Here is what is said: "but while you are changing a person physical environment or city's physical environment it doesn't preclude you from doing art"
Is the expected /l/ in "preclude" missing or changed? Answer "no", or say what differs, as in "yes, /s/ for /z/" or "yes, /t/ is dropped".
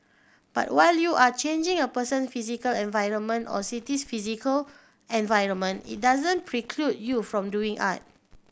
no